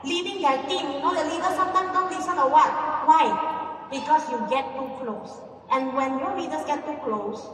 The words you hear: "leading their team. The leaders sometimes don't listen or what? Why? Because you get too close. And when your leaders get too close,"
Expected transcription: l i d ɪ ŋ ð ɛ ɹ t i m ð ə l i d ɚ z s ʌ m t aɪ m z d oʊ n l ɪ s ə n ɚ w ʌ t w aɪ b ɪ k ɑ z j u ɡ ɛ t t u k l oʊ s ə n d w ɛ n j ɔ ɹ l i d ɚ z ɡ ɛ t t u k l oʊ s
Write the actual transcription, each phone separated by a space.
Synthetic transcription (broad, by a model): l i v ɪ ŋ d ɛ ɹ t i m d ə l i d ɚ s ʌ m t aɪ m d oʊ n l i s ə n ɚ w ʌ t w aɪ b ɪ k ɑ s j u ɡ ɛ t t u k l oʊ s ə n d w ɛ n j ɔ ɹ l i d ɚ s ɡ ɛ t t u k l oʊ s